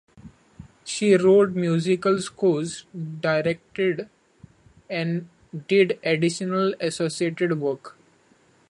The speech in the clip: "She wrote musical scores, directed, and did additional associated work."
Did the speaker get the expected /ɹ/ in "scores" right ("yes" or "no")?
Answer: no